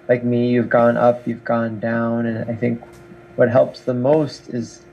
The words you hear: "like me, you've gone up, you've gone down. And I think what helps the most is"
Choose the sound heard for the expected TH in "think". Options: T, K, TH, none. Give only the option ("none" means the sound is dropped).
TH